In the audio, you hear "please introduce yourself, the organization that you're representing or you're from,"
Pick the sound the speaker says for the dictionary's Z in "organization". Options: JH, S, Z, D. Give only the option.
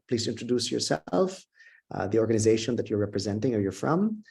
Z